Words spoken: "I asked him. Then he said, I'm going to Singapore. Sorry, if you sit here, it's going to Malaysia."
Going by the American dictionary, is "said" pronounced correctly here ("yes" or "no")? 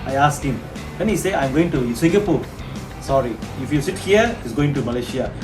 no